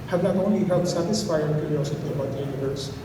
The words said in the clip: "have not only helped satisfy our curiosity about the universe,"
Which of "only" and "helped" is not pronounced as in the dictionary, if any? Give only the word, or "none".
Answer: helped